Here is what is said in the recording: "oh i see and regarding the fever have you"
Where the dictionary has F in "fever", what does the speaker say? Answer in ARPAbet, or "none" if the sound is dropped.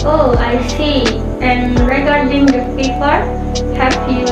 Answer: P